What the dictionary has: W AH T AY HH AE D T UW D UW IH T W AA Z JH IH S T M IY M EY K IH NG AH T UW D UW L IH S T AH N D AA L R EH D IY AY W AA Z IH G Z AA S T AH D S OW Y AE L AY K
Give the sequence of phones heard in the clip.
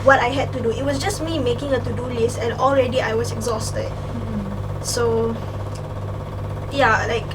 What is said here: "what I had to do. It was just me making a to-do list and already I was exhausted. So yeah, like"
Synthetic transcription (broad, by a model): W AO T AY HH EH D T UW D UW IH T W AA S JH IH S M IY M EY K IH NG AH T UW D UW L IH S AH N AA L R EH D IY AY W AA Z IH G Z AA S T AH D S OW Y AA L AY K